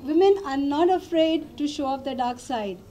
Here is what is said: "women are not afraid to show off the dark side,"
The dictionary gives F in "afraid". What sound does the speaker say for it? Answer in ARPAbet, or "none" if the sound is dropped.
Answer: F